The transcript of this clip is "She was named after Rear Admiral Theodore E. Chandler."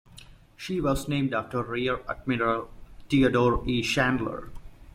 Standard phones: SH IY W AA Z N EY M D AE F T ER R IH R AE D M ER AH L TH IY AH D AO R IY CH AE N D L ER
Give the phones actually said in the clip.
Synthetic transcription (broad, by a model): SH IY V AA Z N EY M D AE F T ER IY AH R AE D M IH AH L T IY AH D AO R IY SH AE N D L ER